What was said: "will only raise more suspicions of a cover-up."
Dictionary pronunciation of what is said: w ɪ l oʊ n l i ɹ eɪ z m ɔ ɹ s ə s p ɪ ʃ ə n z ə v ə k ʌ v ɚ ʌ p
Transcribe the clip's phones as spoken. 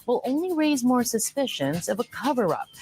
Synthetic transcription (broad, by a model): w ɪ l oʊ n l i ɹ eɪ z m ɔ ɹ s ə s p ɪ ʃ ə n z ə v ə k ʌ v ɚ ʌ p